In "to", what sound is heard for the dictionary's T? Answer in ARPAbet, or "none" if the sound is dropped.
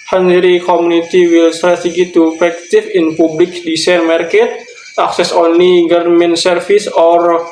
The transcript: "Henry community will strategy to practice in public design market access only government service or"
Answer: T